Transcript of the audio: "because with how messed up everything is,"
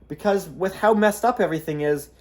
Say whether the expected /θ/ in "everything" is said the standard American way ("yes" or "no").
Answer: yes